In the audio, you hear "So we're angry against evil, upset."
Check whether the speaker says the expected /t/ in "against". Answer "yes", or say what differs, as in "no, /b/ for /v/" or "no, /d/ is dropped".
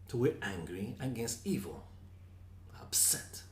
yes